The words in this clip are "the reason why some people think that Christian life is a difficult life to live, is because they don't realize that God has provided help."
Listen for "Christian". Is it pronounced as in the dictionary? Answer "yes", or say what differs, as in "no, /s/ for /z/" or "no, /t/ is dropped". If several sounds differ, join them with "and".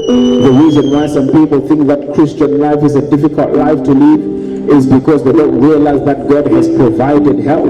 yes